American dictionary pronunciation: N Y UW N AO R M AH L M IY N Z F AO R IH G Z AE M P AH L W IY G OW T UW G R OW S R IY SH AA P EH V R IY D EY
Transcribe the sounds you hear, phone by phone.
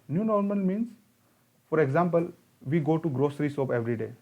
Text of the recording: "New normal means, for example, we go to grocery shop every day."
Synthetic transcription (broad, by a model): N Y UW N AO R M AH L M IY N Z F AO R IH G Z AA M P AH L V IY G OW T UW G R OW S R IY S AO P EH V R IY D EY